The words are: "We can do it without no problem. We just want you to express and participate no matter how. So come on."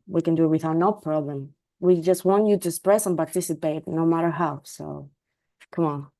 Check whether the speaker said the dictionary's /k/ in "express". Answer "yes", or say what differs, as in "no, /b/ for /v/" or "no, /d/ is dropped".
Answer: no, /k/ is dropped